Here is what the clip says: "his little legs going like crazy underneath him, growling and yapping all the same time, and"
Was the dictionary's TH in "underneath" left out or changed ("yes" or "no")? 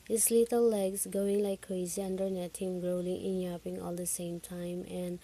yes